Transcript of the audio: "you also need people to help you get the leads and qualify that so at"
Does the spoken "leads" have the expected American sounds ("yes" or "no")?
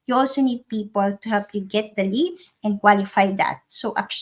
no